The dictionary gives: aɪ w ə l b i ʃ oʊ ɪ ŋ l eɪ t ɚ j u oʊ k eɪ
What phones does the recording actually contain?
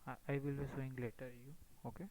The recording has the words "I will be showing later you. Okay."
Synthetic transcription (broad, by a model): aɪ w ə l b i s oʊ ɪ ŋ l eɪ t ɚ j u oʊ k eɪ